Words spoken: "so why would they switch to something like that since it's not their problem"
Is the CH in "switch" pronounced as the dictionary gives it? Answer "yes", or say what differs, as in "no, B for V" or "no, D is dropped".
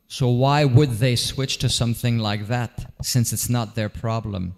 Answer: yes